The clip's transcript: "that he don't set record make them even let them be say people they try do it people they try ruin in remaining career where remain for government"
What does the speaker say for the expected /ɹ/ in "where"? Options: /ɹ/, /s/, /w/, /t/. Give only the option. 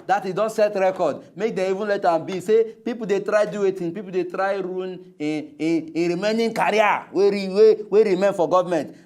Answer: /w/